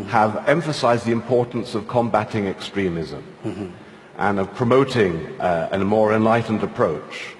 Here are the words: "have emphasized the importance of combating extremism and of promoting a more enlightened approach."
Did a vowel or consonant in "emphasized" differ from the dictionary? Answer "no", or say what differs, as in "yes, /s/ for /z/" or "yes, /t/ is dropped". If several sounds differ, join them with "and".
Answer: no